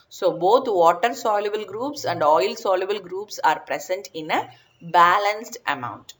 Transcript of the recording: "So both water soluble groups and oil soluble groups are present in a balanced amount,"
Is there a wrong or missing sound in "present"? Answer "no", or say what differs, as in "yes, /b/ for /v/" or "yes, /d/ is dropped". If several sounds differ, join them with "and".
yes, /s/ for /z/